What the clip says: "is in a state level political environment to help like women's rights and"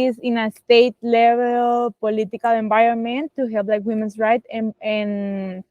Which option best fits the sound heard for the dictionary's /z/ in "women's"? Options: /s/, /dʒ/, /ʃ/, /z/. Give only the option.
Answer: /s/